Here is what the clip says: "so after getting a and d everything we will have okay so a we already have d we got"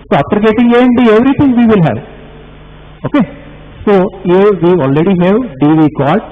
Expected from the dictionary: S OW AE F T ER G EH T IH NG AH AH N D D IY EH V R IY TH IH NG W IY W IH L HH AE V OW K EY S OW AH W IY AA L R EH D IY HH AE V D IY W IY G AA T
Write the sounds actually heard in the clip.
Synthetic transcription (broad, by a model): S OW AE P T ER G EH T IH NG AH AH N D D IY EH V R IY T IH NG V IY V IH L HH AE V OW K EY S OW AH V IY AA L R EH D IY HH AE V D IY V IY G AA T